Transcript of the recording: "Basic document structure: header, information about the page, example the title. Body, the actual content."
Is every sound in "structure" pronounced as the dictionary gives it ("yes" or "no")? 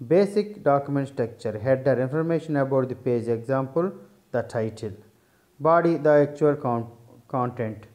no